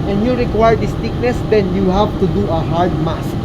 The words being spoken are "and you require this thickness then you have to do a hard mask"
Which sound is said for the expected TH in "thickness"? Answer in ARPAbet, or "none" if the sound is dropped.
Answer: T